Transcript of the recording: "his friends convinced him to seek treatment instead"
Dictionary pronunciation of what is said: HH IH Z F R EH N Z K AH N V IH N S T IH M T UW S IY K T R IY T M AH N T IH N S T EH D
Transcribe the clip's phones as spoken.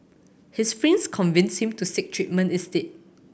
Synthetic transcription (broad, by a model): HH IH S F R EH N S K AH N V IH N S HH IH M T UW S IY K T R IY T M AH N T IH S T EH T